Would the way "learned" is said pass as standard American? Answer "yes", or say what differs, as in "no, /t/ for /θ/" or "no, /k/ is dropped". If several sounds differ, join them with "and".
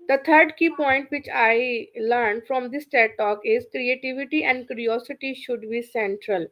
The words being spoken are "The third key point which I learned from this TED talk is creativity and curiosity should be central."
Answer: yes